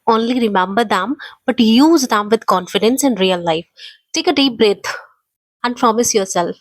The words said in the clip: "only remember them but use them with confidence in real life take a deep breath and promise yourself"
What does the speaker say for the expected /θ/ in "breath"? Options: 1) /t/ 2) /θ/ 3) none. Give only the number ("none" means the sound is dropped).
1